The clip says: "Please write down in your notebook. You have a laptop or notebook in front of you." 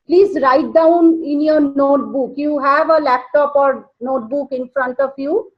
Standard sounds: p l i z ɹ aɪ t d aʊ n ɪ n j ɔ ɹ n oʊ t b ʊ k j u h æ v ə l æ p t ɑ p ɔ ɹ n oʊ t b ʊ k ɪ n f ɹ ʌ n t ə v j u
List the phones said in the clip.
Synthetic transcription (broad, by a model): p l i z ɹ aɪ t d aʊ n ɪ n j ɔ n oʊ t b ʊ k j u h æ v ə l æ p t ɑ p ɔ ɹ n oʊ t b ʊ k ɪ n f ɹ ʌ n t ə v j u